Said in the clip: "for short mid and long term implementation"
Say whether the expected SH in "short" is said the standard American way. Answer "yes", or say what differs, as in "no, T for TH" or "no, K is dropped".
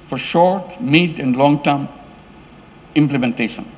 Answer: yes